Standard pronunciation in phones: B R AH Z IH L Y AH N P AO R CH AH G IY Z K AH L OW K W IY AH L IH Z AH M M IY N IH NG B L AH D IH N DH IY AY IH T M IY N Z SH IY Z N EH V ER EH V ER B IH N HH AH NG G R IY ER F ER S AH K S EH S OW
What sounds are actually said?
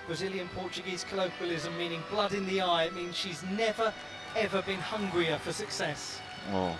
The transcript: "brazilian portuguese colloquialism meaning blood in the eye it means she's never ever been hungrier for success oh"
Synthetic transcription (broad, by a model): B R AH Z IH L Y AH N P AO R CH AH G IY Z K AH L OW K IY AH L IH Z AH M M IY N IH NG B L AH D IH N DH IY AY IH T M IY N Z SH IY Z N EH V ER EH V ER B IH N HH AH NG G R IY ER F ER S AH K S EH S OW